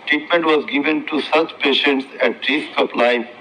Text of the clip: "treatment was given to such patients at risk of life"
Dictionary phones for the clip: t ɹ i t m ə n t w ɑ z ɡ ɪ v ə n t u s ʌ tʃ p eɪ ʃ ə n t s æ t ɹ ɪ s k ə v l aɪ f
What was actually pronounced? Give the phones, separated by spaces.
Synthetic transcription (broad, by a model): t ɹ i t m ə n t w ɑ z ɡ ɪ v ə n t u s ʌ tʃ p eɪ ʃ ə n t s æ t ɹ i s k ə p l aɪ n